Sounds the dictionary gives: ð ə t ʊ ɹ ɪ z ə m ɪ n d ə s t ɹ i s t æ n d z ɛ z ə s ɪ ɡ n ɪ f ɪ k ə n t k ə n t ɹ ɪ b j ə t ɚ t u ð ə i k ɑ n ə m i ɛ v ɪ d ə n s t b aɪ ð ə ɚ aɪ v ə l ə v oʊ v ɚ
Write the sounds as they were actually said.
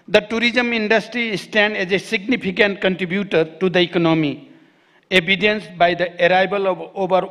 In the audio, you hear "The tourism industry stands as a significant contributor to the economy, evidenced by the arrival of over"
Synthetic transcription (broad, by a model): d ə t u ɹ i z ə m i n d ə s t ɹ i s t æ n d ɛ z ə s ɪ ɡ n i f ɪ k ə n t k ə n t ɹ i b j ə t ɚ t u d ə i k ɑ n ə m i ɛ b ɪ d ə n s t b aɪ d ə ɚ aɪ b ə l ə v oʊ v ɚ